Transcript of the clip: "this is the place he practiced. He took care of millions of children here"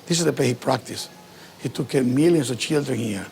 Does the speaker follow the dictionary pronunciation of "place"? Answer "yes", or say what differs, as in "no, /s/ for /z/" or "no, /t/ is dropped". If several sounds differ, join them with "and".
no, /s/ is dropped